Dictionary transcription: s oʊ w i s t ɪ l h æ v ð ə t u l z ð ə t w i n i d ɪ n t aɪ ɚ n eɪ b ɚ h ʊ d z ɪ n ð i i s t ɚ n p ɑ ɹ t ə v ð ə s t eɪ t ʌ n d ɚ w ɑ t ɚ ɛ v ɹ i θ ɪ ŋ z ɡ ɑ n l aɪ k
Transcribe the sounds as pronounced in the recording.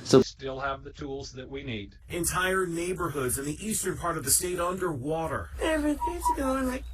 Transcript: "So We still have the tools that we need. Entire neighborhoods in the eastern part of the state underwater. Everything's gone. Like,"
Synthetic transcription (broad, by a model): s oʊ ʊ s t ɪ l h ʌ v ð ə t u l z ð ə t w i n i d ɪ n t aɪ ɚ n eɪ b ɚ h ʊ d z ɪ n ð i i s t ɚ n p ɑ ɹ t ə v ð ə s t eɪ t ʌ n d ɚ w ɑ t ɚ ɛ v ɹ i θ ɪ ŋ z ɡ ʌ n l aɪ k